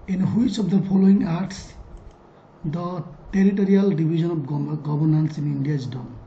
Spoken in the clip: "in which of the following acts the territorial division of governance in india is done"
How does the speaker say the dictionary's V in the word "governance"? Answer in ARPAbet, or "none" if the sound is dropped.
B